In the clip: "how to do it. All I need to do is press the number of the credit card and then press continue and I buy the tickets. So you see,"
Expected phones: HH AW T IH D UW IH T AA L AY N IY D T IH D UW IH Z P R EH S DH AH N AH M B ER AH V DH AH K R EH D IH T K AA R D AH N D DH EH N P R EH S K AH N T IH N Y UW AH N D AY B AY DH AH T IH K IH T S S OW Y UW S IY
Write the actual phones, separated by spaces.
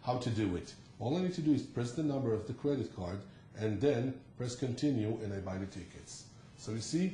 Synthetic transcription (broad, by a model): HH AW T IH D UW IH T AA L AY N IY D T IH D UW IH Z P R EH S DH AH N AH M B ER AH V DH AH K R EH D IH T K AA R D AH N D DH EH N P R EH S K AH N T IH N Y UW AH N AY B AY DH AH T IH K IH T S S OW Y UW S IY